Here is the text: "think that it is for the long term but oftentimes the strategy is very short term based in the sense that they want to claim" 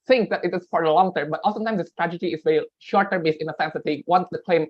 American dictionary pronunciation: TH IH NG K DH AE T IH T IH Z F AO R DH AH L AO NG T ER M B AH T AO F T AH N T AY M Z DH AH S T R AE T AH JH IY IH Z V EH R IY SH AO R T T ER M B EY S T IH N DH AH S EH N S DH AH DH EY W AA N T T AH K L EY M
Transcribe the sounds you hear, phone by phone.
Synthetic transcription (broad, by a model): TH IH NG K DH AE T IH T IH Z F AO R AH L AO NG T ER M B AH T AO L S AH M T AY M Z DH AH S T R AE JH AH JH IY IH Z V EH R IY SH AO R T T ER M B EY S IH N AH S EH N S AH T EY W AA N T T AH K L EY M